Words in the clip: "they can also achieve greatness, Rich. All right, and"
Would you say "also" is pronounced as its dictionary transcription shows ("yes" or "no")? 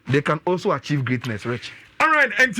yes